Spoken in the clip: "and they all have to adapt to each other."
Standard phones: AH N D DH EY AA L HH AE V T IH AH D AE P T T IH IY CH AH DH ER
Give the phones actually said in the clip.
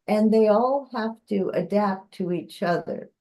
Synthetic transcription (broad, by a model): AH N DH EY AA L HH AE F T IH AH D AE P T T IH IY CH AH DH ER